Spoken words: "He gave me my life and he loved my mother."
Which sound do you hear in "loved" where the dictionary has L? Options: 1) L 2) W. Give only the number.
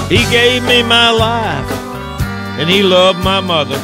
1